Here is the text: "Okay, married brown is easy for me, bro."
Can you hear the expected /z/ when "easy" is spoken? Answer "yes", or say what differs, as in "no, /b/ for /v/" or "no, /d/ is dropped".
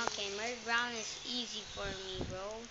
yes